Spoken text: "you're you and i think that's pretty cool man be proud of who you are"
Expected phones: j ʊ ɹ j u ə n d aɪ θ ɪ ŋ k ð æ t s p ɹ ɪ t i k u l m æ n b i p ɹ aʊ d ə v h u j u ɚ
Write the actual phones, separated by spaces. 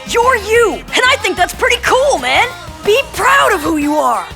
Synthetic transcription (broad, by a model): j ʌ ɹ j u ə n aɪ θ ɪ ŋ k ð æ t s p ɹ ɪ t i k u l m æ n b i p ɹ aʊ d ə v h u j u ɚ